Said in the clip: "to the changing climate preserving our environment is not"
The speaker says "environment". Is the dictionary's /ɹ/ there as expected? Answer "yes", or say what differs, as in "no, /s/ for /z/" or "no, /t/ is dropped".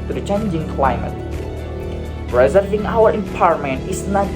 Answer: no, /ɹ/ is dropped